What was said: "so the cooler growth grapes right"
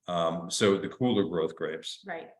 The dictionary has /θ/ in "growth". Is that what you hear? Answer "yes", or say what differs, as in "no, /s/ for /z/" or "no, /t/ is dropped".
yes